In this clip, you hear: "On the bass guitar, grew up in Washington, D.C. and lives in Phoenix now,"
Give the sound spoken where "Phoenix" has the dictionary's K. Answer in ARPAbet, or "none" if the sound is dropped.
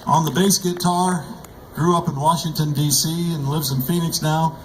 K